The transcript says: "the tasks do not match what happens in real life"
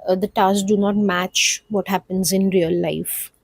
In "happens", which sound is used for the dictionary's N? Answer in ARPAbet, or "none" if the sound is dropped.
N